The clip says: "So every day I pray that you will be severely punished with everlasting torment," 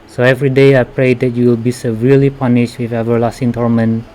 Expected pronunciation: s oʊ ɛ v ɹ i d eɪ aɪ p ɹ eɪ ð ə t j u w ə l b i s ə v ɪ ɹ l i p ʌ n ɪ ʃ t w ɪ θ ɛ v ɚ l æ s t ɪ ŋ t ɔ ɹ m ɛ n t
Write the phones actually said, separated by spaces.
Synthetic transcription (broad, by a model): s oʊ ɛ v ɹ i d eɪ aɪ p ɹ eɪ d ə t j u w ə l b i s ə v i l i p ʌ n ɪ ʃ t w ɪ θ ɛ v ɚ l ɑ s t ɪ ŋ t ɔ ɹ m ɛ n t